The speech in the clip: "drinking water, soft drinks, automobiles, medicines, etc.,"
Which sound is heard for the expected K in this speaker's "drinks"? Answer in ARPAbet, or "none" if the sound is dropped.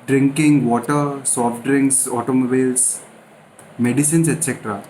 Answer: K